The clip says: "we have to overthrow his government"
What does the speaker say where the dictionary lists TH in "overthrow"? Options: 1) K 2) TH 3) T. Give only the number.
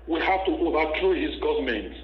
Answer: 3